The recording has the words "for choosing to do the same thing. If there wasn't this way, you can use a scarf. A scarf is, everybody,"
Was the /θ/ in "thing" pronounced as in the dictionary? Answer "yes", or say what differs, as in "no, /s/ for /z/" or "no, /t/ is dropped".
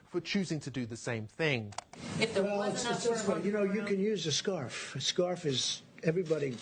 yes